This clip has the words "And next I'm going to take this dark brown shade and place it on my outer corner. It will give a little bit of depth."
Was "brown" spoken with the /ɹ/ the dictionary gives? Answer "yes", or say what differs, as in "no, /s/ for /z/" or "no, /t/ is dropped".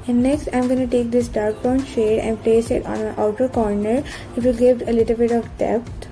no, /ɹ/ is dropped